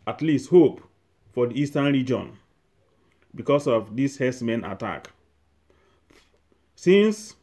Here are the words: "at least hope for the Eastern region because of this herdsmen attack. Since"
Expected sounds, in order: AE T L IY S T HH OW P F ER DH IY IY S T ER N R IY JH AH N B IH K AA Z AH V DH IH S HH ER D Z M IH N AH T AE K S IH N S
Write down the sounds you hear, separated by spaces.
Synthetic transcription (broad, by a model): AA T L IY S T HH OW P F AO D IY IY S T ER N R IY JH AH N B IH K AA S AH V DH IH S HH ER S M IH N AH T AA K S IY N S